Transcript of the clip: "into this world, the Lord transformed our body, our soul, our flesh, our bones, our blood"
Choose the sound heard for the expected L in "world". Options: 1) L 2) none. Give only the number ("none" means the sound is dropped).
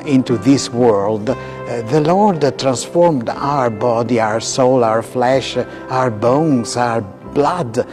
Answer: 1